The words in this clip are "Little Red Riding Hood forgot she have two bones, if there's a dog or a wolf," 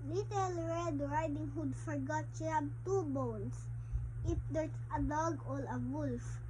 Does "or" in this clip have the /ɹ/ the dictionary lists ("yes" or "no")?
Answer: no